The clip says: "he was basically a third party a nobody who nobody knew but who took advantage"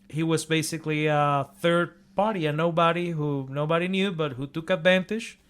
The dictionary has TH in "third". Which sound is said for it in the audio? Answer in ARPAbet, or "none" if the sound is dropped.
TH